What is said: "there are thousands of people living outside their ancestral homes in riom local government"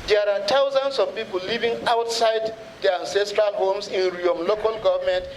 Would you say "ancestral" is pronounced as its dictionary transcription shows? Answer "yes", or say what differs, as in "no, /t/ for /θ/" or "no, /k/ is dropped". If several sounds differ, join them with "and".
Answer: yes